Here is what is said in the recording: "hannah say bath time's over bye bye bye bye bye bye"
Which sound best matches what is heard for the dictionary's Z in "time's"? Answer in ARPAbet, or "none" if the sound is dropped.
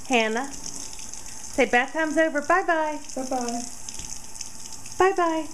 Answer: Z